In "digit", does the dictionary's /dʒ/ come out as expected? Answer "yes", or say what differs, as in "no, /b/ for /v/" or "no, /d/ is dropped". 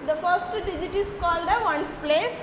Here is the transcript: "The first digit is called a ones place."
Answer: yes